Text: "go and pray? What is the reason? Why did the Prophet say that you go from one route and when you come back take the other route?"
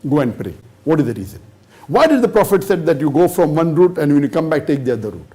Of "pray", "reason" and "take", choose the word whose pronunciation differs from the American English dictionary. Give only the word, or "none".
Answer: none